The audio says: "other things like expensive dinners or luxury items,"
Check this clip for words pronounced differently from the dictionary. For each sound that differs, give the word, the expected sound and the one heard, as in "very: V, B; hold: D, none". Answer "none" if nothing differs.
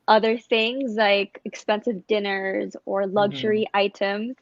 none